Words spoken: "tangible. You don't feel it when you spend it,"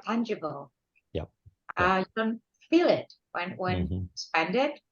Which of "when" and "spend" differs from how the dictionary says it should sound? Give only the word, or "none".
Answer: none